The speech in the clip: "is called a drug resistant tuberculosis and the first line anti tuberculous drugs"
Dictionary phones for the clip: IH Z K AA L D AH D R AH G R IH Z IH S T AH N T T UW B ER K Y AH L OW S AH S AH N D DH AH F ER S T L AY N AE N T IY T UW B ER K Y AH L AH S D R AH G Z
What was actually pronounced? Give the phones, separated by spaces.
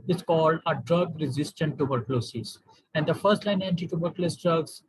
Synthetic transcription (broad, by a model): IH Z K AA L D AH D R AH G R IH Z IH S T AH N T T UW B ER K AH L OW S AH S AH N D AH F ER S T L AY N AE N T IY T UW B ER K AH L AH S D R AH G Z